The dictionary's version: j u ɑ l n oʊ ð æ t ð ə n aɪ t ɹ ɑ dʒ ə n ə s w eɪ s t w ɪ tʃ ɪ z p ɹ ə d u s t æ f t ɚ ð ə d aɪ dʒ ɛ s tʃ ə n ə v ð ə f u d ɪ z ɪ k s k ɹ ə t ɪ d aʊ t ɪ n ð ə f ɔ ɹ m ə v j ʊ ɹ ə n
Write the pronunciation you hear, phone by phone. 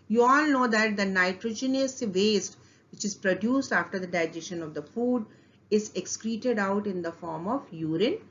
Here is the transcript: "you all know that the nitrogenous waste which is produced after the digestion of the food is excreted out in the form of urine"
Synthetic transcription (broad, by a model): j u ɑ l n oʊ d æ t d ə n aɪ t ɹ ɑ dʒ ə n ə s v eɪ s t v ɪ tʃ ɪ z p ɹ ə d u s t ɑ f t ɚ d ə d aɪ dʒ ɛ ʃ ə n ə v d ə f u d ɪ z ɪ k s k ɹ ə t ɪ d aʊ t ɪ n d ə f ɔ ɹ m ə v j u ɹ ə n